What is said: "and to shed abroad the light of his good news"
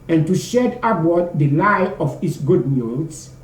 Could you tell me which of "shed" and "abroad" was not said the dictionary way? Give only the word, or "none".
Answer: abroad